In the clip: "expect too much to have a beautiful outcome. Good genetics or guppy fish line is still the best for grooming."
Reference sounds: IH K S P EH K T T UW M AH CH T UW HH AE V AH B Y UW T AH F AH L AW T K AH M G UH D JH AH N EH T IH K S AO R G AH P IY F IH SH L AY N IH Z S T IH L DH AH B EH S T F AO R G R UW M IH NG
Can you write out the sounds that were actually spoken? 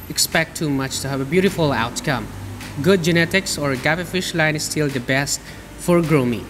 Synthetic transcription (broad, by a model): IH K S P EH K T T UW M AH CH T UW HH AE V AH B Y UW T AH F AH L AW T K AH M G UH D JH AH N EH T IH K S AO R G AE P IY F IH SH L AY N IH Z S T IH L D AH B EH S T F AO R G R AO M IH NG